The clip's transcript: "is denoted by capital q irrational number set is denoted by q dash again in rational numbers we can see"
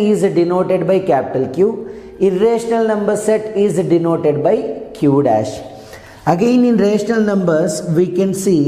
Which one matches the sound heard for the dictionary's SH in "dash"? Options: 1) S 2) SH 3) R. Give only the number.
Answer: 2